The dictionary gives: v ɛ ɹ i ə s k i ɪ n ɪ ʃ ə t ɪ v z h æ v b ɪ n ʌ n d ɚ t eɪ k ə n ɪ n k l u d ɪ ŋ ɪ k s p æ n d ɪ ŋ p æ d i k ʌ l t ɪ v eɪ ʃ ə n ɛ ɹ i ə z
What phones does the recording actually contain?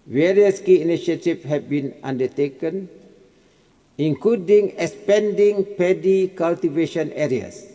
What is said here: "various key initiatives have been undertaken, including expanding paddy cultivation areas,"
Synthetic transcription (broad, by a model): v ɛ ɹ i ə s k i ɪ n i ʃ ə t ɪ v h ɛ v b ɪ n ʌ n d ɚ t eɪ k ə n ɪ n k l u d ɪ ŋ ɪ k s p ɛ n d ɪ ŋ p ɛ d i k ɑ l t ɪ v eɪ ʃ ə n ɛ ɹ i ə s